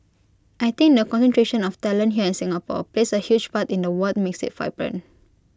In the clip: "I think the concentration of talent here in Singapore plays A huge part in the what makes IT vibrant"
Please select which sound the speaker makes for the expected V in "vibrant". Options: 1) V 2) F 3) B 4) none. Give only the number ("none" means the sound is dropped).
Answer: 2